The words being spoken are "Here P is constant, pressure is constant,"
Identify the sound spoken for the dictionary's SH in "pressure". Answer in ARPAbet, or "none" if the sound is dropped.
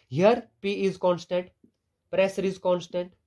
S